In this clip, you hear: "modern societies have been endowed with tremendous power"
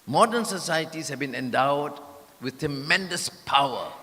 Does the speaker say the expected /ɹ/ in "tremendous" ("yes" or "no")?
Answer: yes